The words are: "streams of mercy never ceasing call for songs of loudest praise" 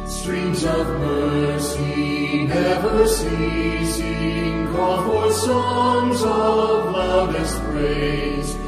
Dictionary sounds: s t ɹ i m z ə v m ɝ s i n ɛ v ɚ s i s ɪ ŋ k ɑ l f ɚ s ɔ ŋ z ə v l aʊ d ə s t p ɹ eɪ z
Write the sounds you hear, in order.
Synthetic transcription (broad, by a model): s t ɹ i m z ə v m ɝ s i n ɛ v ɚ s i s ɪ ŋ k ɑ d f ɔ s ɔ ŋ z ə v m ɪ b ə s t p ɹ eɪ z